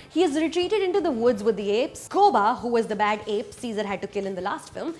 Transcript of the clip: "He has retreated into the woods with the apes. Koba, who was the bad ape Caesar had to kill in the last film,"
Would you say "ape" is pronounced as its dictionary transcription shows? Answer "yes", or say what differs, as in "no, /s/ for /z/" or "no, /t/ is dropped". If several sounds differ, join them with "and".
yes